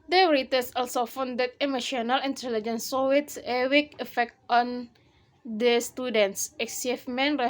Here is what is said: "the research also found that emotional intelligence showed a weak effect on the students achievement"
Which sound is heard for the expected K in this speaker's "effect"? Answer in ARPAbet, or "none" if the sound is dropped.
K